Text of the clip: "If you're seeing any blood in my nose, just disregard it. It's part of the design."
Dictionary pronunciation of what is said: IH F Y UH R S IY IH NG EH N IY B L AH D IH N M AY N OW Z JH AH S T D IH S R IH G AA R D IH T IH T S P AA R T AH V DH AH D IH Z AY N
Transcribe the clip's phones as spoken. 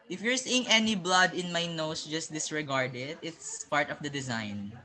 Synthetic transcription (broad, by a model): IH F Y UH R S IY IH NG EH N IY B L AH D IH N M AY N OW S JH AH S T D IH S R IH G AA R D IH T IH T S P AA R T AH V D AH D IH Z AY N